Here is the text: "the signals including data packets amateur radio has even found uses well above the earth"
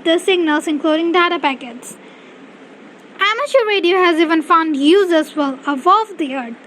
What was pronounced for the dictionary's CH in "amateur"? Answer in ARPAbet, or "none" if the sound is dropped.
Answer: SH